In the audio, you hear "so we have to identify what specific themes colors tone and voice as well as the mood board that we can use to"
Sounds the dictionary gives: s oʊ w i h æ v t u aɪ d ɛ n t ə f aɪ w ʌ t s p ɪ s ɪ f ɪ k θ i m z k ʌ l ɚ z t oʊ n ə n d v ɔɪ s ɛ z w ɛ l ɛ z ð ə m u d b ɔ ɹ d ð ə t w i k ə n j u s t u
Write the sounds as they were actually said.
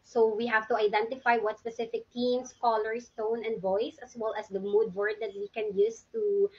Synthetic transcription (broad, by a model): s oʊ w i h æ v t u aɪ d ɛ n t ə f aɪ w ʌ t s p ɪ s ɪ f ɪ k t i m s k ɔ l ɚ s t oʊ n ə n d v ɔɪ s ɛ s w ɛ l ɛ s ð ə m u d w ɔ ɹ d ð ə t w i k ə n j u s t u